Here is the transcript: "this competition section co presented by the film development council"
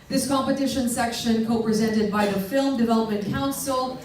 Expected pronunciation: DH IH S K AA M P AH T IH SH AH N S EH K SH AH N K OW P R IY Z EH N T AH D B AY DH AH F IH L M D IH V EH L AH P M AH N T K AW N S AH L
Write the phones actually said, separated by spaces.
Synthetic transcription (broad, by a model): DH IH S K AA M P AH T IH SH AH N S EH K SH AH N K OW P R IY Z EH N T AH D B AY DH AH F IH L M D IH V EH L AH P M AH N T K AW N S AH L